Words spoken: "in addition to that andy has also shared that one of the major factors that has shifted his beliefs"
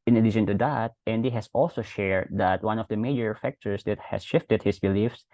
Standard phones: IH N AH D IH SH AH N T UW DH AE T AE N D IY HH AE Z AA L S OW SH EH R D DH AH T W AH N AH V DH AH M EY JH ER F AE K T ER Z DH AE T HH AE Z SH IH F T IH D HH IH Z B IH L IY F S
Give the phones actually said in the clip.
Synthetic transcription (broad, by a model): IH N AH D IH SH AH N T UW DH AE T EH N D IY HH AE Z AA L S OW SH EH R D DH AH T W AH N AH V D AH M EY JH ER F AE K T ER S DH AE T HH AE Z SH IH F T IH D HH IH S B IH L IY F S